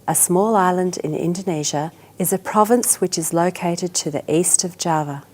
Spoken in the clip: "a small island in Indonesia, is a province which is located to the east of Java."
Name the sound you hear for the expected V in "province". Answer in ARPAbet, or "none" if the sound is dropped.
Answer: V